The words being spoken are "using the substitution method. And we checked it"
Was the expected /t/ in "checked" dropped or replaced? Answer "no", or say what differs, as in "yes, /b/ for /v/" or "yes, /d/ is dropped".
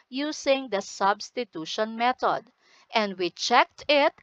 no